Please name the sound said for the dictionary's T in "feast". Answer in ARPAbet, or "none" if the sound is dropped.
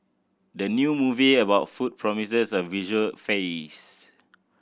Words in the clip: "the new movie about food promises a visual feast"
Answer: none